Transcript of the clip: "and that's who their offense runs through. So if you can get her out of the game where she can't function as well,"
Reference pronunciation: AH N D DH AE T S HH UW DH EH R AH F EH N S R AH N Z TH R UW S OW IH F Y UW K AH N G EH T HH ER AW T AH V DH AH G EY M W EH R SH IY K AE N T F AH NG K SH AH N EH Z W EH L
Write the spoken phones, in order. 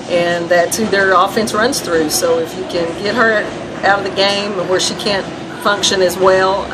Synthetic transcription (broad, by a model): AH N DH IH T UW DH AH R AH F EH N S R AH N Z TH R UW S OW IH F Y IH K AH N G EH T HH ER AW T AH V DH AH G EY M W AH R SH IY K AE N T F AH NG K SH AH N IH Z W EH L